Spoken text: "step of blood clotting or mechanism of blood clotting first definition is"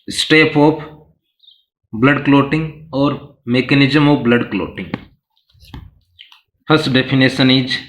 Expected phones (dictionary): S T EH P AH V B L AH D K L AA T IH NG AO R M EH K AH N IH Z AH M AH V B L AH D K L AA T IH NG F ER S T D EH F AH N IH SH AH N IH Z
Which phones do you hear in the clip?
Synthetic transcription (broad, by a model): S T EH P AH P B L AH D K L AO T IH NG AO R M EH K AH N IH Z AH M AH B L AH D K L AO T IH NG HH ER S D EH P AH N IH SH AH N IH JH